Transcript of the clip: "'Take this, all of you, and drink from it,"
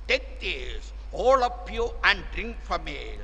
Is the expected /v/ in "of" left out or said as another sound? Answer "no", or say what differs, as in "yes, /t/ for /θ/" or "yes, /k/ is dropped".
yes, /p/ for /v/